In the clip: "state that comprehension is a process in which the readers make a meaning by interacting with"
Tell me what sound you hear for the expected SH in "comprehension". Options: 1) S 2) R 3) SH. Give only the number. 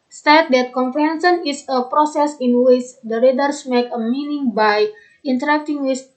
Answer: 1